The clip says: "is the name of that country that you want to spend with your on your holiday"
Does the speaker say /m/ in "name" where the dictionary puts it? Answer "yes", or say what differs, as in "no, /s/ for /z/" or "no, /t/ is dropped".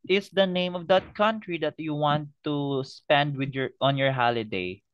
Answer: yes